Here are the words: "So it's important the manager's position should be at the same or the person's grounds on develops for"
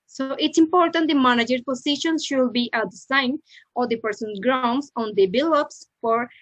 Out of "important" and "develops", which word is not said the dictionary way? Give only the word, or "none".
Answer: develops